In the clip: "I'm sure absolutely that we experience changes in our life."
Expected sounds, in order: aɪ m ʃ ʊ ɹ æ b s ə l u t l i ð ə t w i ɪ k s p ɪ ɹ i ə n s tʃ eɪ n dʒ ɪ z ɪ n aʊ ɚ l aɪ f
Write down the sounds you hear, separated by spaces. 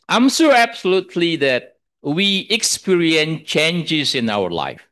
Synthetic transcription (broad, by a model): aɪ m s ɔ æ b s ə l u t l i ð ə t w i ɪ k s p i ɹ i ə n s tʃ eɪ n dʒ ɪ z ɪ n aʊ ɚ l aɪ f